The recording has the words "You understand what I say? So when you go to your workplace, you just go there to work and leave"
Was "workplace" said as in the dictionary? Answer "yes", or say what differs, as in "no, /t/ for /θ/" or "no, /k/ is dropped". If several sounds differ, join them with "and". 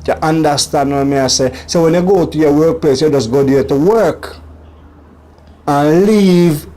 yes